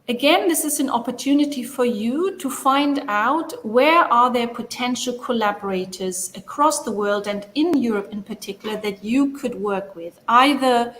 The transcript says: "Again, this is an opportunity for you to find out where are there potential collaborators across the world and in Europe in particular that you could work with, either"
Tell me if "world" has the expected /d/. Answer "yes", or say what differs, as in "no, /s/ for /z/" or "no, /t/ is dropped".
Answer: yes